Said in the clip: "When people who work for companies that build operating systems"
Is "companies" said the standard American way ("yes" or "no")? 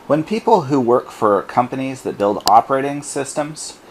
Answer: yes